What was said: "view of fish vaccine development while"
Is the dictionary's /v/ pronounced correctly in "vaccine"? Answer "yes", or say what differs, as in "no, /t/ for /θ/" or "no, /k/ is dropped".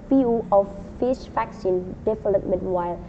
no, /f/ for /v/